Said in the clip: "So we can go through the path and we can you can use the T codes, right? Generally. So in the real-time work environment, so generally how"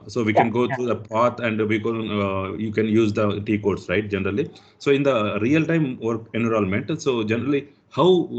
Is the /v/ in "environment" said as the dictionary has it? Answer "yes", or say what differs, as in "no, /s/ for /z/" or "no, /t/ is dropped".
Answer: no, /v/ is dropped